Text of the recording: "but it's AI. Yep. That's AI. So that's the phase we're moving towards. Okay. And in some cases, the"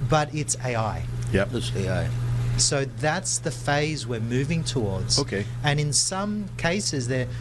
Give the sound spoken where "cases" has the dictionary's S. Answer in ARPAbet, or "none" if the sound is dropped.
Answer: S